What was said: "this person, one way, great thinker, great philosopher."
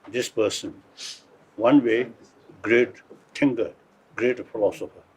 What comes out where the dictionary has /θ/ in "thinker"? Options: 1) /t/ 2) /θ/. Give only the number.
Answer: 1